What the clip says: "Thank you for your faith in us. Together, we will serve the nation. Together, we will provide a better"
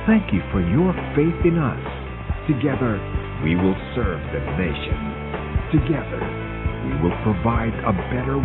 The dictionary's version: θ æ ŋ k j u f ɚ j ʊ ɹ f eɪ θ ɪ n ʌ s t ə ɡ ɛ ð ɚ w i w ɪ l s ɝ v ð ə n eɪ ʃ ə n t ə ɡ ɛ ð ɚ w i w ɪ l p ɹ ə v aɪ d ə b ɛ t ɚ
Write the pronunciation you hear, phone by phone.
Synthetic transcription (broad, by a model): θ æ ŋ k j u f ɚ j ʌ ɹ f eɪ θ ɪ n ʌ s t ə ɡ ɛ ð ɚ w i w ɪ l s ɝ v ð ə n eɪ ʃ ə n t ə ɡ ɛ ð ɚ w i w ɪ l p ɹ ə v aɪ d ə b ɛ t ɚ